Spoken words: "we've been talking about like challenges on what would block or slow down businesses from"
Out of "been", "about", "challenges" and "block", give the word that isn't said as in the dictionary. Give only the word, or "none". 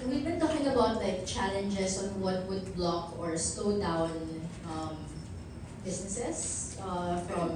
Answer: challenges